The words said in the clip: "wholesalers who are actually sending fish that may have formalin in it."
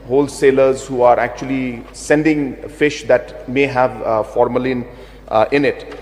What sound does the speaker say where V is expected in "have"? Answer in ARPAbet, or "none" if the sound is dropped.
V